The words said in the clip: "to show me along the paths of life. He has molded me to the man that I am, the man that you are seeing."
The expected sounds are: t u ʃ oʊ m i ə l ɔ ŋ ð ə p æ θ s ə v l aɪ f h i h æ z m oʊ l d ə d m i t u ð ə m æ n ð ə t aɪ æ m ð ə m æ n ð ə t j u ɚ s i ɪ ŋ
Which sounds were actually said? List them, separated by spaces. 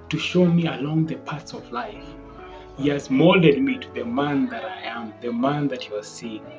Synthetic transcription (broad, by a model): t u ʃ oʊ m i ə l ɔ ŋ ð ə p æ t s ə v l aɪ f h i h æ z m oʊ l d ə d m i t u ð ə m æ n ð ə t aɪ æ m ð ə m æ n ð ə t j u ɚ s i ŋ